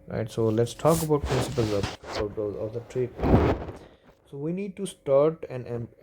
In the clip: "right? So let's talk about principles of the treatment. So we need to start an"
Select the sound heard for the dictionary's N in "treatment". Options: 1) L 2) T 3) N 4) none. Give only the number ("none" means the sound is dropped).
4